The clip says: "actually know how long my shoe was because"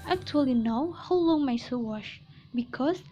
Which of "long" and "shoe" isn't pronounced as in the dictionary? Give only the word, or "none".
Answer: shoe